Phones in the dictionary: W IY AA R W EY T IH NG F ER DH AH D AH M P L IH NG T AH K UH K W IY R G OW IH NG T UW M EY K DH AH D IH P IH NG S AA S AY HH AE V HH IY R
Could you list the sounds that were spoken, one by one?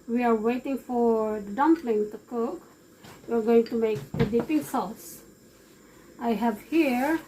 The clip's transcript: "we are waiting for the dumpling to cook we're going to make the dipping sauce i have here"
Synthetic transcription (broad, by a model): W IY AA R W EY T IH NG F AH D AH M P L IH NG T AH K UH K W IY R G OW IH NG T UW M EY K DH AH D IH P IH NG S AA S AY HH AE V HH IY R